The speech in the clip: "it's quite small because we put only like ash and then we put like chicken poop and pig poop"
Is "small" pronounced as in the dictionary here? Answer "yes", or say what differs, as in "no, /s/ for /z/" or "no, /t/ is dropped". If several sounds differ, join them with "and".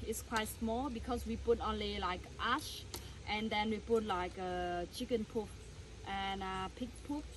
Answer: yes